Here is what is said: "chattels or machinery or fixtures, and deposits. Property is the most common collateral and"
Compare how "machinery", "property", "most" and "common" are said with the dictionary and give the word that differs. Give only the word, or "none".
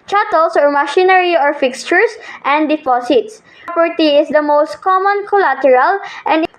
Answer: property